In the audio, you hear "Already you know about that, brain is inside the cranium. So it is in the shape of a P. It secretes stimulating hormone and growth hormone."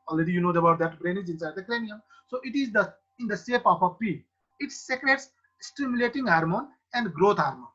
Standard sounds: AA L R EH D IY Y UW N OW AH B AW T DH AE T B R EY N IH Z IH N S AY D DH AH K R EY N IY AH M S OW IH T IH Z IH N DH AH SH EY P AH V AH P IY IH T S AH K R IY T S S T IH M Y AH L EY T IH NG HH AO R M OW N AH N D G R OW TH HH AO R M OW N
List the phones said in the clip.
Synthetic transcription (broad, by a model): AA L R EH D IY Y UW N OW AH B AW T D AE T B R EY N IH Z IH N S AY D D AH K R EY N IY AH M S OW IH T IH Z IH N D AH S EY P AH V AH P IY IH T S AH K R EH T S S T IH M Y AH L EY T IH NG HH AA R M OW N AH N D G R OW T HH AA R M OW N